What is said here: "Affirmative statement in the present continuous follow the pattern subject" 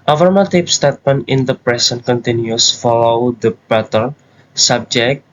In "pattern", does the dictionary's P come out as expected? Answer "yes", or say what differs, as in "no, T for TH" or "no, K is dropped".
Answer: no, B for P